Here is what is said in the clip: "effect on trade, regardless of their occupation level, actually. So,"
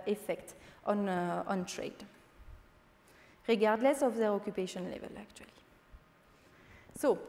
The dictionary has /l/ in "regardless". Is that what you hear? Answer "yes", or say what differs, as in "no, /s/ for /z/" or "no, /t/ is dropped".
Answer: yes